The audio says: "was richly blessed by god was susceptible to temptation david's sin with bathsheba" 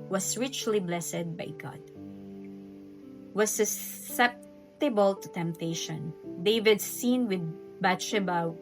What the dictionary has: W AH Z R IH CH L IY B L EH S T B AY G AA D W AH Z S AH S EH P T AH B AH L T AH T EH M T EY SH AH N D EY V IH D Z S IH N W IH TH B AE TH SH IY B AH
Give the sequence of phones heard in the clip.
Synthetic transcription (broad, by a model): W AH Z R IH CH L IY B L EH S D B AY G AA D W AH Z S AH S EH P T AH B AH L T AH T EH M T EY SH AH N D EY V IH D S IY N W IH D B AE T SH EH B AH